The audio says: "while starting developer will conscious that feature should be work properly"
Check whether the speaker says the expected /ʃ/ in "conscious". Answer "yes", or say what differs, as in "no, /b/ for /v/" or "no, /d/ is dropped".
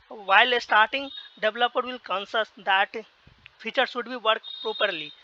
no, /s/ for /ʃ/